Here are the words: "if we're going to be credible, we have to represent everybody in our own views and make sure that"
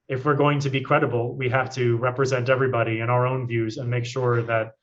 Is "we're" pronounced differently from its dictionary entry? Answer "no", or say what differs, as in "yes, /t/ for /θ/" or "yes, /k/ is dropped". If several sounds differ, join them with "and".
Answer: no